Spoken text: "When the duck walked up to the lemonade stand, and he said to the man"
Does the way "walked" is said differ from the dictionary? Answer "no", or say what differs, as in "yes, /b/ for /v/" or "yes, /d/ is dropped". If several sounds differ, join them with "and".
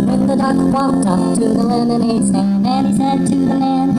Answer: yes, /k/ is dropped